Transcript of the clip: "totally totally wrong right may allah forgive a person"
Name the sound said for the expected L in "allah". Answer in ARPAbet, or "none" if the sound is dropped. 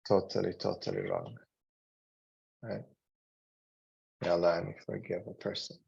N